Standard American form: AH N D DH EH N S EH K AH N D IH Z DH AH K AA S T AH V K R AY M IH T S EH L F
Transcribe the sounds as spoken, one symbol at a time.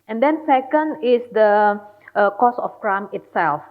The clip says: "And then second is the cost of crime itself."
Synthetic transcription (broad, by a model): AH N D EH N S EH K AH N D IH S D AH K AA S AH F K R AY M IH T S EH L F